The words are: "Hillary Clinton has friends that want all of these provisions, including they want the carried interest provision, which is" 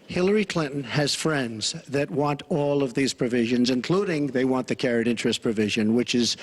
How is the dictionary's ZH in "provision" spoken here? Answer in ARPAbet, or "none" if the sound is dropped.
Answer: ZH